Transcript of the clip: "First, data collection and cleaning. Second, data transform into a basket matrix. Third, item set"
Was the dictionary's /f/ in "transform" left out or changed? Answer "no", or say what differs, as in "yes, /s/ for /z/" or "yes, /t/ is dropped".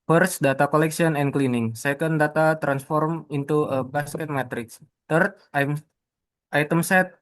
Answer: no